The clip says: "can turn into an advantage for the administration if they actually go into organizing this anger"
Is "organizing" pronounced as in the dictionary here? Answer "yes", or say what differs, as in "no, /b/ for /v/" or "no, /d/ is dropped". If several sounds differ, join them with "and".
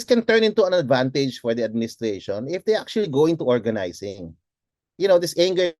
no, /s/ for /z/